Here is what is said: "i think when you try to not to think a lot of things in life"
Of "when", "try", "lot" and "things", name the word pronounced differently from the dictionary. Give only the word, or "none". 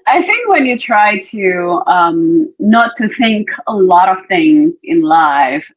none